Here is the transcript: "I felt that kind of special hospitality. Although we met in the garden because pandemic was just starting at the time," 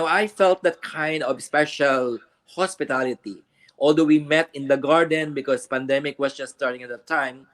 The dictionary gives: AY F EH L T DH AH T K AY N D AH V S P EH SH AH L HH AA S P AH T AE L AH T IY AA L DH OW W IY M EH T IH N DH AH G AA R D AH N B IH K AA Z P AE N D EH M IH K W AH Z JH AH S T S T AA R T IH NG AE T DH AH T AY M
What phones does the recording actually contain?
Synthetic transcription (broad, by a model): AY F EH L T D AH T K AY N D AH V S P EH SH AH L HH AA S P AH T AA L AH T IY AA L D OW W IY M EH T IH N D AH G AA R D AH N B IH K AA S P AE N D EH M IH K W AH S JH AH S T S T AA R T IH NG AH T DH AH T AY M